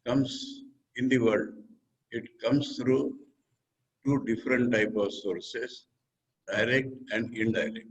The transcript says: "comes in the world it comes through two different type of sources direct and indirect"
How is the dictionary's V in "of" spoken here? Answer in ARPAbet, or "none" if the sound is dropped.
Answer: V